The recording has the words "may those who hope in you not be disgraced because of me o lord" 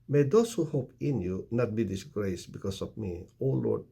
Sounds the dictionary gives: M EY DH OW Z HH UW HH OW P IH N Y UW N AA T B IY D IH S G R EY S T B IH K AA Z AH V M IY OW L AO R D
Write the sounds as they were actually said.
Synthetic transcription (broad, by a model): M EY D OW S HH UW HH OW P IH N Y UW N AA T B IY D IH S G R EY S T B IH K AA S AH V M IY OW L AO R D